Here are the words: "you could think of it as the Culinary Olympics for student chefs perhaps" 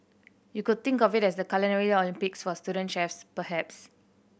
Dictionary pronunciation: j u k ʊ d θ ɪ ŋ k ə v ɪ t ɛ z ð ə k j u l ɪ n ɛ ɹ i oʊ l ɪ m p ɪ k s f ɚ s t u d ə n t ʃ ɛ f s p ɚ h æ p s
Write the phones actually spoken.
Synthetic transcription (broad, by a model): j u k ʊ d t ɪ ŋ k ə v ɪ t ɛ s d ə k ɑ l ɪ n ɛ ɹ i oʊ l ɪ m p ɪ k s f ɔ s t u d ə n t ʃ ɛ f s p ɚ h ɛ p s